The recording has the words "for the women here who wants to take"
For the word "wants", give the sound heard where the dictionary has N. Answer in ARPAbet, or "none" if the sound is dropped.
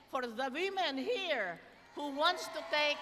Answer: N